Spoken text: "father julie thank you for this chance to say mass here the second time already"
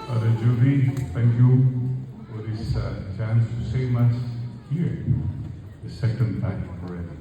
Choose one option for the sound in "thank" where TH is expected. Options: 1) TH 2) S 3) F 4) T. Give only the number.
4